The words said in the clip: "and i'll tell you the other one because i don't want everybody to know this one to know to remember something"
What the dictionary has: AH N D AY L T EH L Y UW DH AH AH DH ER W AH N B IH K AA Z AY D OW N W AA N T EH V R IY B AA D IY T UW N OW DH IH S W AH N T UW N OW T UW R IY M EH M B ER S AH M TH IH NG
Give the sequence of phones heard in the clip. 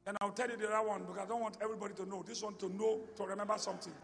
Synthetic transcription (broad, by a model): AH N AY W T EH L Y UW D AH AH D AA W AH N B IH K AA AY D OW N W AA N T EH V R IY B AA D IY T UW N OW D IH S W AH N T UW N OW T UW R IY M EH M B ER S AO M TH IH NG